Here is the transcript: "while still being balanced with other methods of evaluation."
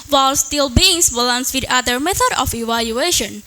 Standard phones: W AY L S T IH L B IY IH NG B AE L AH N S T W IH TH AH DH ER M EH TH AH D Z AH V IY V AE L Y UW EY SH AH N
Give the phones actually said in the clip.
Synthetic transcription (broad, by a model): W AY L S T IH L B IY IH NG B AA L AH N S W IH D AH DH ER M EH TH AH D AH F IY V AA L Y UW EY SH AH N